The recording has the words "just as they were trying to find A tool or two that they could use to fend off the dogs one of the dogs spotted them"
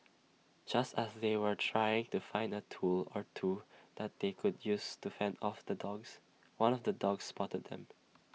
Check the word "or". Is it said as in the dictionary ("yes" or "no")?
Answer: yes